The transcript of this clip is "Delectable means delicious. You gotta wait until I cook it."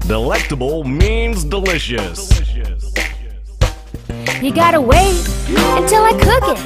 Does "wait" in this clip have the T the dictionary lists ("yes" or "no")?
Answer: no